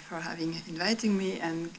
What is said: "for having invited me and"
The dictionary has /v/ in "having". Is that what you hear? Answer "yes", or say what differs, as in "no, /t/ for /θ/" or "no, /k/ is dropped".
yes